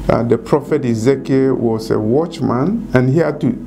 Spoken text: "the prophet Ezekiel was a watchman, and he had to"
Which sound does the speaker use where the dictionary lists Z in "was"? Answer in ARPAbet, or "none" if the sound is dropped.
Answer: S